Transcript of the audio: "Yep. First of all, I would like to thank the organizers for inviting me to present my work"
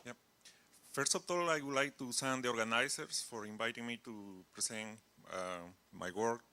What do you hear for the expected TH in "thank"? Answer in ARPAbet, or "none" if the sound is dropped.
S